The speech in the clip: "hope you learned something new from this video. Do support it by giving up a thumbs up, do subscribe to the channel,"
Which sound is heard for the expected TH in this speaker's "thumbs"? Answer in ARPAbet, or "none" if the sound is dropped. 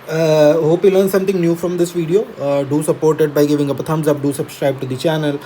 T